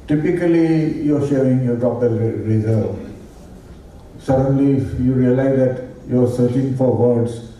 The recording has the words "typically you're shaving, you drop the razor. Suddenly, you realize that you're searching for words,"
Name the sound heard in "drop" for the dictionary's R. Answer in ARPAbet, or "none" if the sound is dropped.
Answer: none